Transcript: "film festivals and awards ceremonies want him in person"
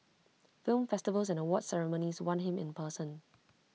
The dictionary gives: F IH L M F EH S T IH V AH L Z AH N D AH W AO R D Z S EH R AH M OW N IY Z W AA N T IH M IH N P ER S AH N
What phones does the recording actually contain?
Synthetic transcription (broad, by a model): F IH L M F EH S T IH V AH L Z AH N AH W AO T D S EH R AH M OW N IY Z W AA N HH IH M IH N P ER S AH N